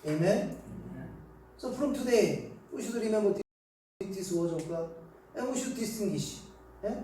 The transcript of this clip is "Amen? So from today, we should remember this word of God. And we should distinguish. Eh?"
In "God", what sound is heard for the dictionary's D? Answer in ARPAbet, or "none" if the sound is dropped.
none